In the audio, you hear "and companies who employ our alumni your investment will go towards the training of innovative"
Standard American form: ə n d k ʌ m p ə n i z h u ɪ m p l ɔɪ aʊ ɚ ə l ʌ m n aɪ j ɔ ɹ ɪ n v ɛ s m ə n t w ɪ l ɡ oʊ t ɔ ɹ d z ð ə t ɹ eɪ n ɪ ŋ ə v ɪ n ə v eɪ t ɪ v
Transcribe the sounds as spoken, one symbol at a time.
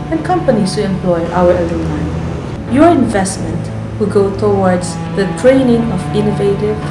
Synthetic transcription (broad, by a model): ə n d k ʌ m p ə n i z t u ɪ m p l ɔɪ aʊ ɚ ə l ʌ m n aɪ j ɔ ɹ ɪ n v ɛ s m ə n t w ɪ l ɡ oʊ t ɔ w d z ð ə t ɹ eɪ n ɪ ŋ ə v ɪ n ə v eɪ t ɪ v